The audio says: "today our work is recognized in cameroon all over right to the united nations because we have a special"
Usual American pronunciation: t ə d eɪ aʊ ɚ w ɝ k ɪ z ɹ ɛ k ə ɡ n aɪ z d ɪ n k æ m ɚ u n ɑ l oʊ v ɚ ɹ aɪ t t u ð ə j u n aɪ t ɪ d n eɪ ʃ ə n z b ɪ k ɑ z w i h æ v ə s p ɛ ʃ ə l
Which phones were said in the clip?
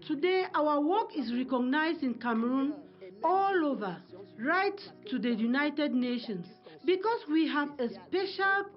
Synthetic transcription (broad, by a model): t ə d eɪ aʊ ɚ w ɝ k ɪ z ɹ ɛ k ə ɡ n aɪ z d ɪ n k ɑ m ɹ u n ɑ l oʊ v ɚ ɹ aɪ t t u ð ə j u n aɪ t ɪ d n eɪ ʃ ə n s b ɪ k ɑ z w i h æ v ə s p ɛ ʃ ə l